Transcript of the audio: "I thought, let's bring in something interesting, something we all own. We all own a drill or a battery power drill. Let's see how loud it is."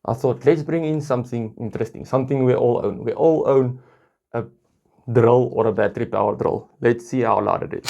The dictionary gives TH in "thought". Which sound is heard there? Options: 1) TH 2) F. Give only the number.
1